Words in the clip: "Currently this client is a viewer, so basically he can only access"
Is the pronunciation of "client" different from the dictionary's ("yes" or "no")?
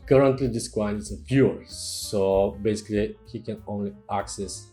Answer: yes